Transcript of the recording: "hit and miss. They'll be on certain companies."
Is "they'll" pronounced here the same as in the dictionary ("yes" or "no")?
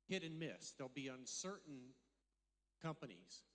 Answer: yes